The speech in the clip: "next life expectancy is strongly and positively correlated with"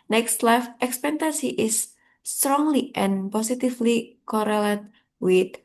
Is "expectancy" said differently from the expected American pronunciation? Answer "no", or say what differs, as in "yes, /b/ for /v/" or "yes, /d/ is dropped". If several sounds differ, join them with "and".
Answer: yes, /n/ is dropped